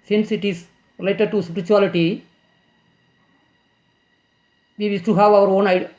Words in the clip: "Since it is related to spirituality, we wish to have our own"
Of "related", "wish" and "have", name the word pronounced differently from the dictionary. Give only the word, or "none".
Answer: wish